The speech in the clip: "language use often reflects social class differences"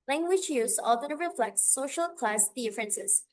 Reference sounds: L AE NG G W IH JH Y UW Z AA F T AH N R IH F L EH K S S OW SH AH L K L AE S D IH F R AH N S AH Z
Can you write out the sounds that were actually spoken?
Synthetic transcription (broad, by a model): L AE NG G W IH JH Y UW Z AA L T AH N R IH F L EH K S S OW SH AH L K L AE S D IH F R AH N S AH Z